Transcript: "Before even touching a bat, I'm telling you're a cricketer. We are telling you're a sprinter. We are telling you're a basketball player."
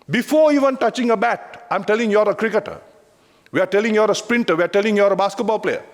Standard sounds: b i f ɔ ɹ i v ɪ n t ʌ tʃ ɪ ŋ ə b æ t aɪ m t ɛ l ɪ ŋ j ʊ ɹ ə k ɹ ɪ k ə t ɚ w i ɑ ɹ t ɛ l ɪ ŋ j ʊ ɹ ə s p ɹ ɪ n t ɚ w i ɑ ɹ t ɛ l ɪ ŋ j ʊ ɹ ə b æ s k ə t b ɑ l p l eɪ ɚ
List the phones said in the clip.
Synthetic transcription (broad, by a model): b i f ɔ ɹ i v ɪ n t ʌ tʃ ɪ ŋ ə b æ t aɪ m t ɛ l ɪ ŋ j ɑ ɹ ə k ɹ ɪ k ə t ɚ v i ɑ ɹ t ɛ l ɪ ŋ j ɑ ɹ ə s p ɹ ɪ n t ɚ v i ɑ ɹ t ɛ l ɪ ŋ j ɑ ɹ ə b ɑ s k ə t b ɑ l p l eɪ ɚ